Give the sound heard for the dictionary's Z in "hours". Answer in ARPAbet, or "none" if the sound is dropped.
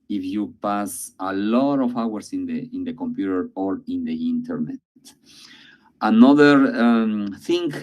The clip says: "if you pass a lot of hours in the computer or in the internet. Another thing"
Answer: S